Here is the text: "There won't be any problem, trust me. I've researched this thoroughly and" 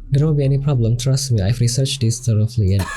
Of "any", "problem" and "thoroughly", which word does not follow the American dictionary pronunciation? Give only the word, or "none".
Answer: thoroughly